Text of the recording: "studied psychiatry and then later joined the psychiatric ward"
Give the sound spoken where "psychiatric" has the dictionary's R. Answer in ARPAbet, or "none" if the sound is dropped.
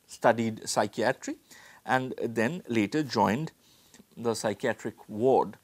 R